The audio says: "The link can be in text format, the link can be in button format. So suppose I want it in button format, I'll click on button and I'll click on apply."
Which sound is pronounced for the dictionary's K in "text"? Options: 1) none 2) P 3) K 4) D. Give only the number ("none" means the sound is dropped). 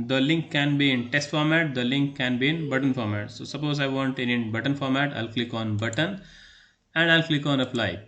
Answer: 1